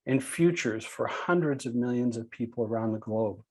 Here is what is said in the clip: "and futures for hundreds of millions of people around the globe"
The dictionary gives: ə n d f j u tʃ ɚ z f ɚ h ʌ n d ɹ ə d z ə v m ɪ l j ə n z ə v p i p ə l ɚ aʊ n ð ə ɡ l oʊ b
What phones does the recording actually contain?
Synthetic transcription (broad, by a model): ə n f j u tʃ ɚ z f ɚ h ʌ n d ɹ ə d z ə v m ɪ l j ə n z ə v p i p l ɚ aʊ n ð ə ɡ l oʊ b